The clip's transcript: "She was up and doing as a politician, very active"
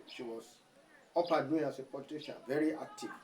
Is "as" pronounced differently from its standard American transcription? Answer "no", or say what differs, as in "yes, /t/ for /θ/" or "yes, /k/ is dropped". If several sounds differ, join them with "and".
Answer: yes, /s/ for /z/